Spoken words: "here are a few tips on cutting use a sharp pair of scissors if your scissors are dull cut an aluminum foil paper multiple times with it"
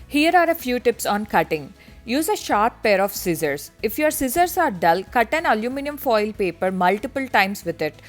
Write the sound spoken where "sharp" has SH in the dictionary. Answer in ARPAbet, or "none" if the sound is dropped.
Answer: SH